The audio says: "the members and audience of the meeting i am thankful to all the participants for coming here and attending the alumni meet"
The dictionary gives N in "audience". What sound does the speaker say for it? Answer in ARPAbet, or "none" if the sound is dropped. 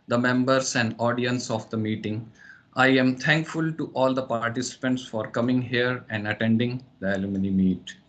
N